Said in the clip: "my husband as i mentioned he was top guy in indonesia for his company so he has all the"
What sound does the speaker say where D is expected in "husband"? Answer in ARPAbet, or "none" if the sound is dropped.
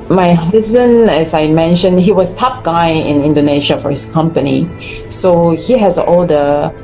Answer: none